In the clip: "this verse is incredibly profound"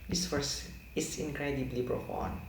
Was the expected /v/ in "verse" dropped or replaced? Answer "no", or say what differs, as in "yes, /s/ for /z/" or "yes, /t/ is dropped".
yes, /f/ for /v/